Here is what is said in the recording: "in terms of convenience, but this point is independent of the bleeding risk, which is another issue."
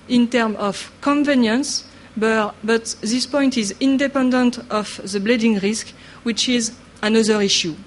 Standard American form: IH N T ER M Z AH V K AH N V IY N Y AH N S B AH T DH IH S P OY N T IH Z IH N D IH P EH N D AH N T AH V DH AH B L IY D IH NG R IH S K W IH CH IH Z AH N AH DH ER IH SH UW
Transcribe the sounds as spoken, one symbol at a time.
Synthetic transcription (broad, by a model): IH N T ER M AH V K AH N V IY N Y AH N S B AH T DH IH S P OY N T IH Z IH N D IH P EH N D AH N T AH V DH AH B L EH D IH NG R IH S K W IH CH IH Z AH N AH DH ER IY SH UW